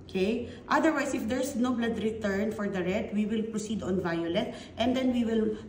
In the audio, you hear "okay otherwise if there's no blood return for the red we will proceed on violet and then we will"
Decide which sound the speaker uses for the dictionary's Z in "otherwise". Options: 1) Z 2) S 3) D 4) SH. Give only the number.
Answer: 2